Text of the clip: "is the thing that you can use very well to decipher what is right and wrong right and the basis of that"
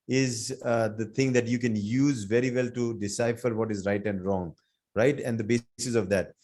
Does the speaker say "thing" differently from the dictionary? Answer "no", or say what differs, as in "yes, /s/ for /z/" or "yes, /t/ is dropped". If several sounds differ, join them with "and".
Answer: yes, /t/ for /θ/